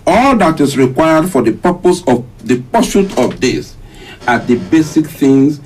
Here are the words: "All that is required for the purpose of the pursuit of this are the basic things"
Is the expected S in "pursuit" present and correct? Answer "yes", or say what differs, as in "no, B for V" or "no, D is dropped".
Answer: no, SH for S